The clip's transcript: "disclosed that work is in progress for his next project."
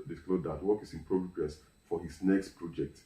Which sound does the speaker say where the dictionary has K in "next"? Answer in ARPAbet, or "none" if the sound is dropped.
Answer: K